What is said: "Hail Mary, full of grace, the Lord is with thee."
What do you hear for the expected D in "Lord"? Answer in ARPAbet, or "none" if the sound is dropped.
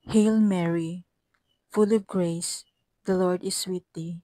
D